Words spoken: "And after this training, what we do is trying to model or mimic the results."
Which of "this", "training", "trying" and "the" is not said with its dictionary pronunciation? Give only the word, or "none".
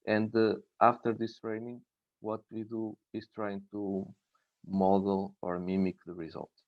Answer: none